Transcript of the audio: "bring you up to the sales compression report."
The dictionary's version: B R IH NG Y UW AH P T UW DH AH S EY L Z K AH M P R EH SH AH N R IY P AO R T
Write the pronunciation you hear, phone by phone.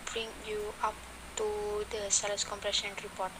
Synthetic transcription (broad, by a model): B R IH NG Y UW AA P T UW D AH S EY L S K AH M P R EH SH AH N R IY P AO T